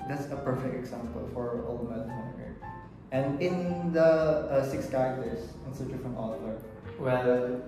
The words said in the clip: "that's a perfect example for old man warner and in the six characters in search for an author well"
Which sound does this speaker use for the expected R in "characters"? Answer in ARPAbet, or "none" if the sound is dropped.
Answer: none